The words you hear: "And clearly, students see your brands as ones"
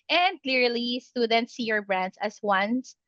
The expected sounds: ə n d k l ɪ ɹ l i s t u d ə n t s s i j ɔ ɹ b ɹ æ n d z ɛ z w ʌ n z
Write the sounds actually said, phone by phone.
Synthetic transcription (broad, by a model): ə n d k l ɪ ɹ l i s t u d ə n t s s i j ɔ ɹ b ɹ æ n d s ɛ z w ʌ n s